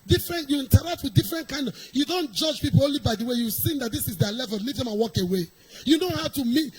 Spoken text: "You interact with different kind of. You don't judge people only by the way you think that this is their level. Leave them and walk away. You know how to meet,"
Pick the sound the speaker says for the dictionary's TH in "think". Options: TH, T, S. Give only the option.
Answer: S